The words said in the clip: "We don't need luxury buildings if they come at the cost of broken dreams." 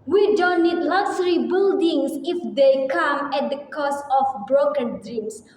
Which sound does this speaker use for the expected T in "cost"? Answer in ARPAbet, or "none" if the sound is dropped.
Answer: none